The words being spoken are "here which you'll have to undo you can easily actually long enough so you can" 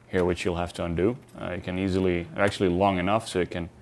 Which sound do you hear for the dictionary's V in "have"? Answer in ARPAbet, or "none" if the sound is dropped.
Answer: F